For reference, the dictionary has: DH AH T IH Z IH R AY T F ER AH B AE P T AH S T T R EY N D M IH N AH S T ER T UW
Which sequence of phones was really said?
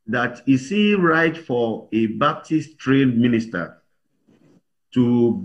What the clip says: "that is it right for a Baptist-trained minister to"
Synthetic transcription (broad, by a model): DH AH T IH S IH R AY T F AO AH B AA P T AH S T T R EY D M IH N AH S T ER T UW